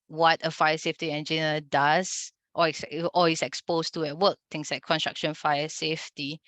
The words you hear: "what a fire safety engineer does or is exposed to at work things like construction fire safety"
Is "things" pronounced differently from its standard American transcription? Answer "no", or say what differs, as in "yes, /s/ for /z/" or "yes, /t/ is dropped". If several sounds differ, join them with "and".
yes, /t/ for /θ/ and /s/ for /z/